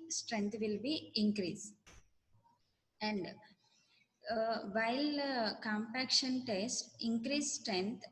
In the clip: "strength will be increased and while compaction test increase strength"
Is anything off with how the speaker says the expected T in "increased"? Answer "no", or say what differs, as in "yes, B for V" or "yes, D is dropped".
yes, T is dropped